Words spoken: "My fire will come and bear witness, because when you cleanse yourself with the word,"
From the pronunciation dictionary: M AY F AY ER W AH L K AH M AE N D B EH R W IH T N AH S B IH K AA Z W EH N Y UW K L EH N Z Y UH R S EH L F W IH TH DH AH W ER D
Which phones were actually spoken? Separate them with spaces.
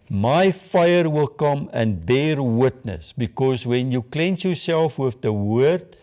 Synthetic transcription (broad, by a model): M AY F AY ER W AH L K AH M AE N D B EH R W IH T N AH S B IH K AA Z W EH N Y UW K L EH N S Y UH R S EH L F W IH TH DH AH W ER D